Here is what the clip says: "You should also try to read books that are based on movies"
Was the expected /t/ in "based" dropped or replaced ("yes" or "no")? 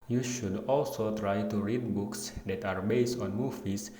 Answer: no